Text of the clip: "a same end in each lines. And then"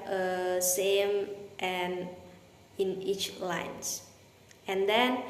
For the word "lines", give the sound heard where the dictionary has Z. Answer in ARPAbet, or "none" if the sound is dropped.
S